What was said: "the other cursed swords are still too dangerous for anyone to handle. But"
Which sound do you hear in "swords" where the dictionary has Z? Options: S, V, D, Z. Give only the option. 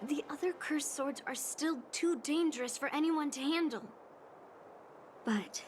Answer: Z